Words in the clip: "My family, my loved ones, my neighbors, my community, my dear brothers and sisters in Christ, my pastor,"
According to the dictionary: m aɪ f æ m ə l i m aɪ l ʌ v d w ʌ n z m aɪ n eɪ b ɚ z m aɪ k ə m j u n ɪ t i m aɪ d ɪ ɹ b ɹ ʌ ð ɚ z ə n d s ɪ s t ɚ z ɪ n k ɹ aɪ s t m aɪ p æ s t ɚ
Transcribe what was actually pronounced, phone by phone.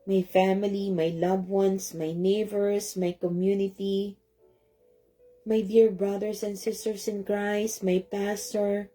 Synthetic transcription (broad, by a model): m aɪ f æ m ə l i m aɪ l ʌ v w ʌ n s m aɪ n eɪ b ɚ s m aɪ k ə m j u n ɪ t i m aɪ d ɪ ɹ b ɹ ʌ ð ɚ s ə n d s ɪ s t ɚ s ɪ n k ɹ aɪ s m aɪ p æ s t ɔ